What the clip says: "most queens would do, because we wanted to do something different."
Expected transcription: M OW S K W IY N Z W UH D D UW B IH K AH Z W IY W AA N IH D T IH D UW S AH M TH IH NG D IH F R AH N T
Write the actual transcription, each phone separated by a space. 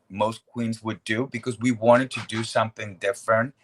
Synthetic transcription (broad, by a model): M OW S K W IY N Z W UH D D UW B IH K AH Z W IY W AA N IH D T IH D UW S AH M TH IH NG D IH F R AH N T